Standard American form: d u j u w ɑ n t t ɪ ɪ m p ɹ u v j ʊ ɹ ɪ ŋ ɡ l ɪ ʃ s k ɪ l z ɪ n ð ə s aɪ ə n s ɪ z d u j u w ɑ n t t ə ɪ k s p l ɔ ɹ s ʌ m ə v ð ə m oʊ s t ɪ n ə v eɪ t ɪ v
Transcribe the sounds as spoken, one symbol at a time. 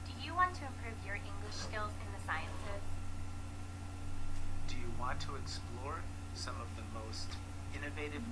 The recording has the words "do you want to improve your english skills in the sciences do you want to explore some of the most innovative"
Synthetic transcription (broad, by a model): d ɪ j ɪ w ɑ n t t ɪ ɪ m p ɹ u v j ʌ ɹ ɪ ŋ ɡ l ɪ ʃ s k ɪ l z ɪ n ð ə s aɪ ə n s ɪ z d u j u w ɑ n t t ə ɪ k s p l ɔ ɹ s ʌ m ə v ð ə m oʊ s t ɪ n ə v eɪ t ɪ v